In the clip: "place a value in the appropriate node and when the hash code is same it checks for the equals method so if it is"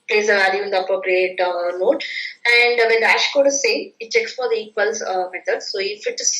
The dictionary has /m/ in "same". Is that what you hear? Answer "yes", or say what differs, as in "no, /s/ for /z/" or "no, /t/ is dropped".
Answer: no, /m/ is dropped